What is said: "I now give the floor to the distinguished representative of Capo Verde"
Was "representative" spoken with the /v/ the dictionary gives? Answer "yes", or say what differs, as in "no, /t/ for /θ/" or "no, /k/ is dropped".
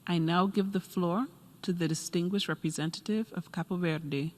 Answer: yes